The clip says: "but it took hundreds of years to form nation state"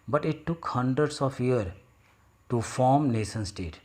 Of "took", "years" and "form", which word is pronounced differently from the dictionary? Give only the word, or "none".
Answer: years